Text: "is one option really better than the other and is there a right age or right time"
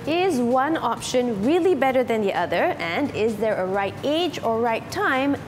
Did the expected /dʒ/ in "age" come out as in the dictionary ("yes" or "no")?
yes